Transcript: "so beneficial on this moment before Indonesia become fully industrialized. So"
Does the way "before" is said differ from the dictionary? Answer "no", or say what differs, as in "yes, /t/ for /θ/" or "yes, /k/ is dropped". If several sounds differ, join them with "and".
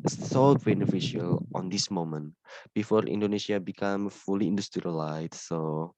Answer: no